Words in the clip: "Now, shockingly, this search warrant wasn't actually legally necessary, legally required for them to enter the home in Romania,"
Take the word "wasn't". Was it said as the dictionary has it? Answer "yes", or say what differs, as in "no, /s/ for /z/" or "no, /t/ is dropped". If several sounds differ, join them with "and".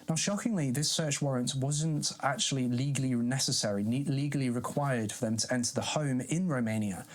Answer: yes